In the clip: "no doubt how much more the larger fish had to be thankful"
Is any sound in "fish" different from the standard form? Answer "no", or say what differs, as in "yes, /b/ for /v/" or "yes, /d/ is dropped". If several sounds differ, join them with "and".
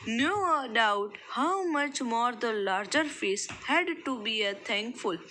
yes, /s/ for /ʃ/